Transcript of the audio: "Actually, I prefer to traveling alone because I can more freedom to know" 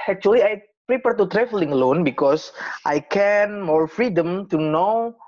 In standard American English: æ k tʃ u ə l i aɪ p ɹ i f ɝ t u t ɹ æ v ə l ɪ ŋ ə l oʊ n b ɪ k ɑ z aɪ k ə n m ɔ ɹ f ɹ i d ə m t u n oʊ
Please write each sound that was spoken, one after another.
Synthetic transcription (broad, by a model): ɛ k tʃ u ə l i aɪ p ɹ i p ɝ t u t ɹ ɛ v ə l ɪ ŋ l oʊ n b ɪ k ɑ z aɪ k ə n m ɔ ɹ f ɹ i d ə m t u n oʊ